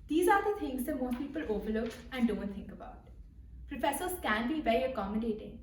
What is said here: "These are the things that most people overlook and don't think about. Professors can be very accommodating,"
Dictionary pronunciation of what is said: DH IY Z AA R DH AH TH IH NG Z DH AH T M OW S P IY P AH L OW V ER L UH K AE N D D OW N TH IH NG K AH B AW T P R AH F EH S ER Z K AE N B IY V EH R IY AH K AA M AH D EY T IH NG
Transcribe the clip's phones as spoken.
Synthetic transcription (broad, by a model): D IY Z AA R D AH T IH NG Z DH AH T M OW P IY P AH L OW V ER L UH K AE N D D OW N T IH NG K AH B AW T P R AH F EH S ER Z K AE N B IY V EH R IY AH K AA M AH D EY T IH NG